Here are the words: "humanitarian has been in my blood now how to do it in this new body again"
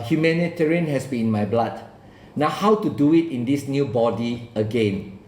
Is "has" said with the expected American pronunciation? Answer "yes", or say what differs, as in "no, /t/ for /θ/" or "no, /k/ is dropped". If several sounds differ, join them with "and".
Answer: no, /s/ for /z/